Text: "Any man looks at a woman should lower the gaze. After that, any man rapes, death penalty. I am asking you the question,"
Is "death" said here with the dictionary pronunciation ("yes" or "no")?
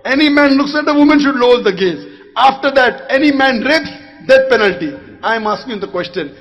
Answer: no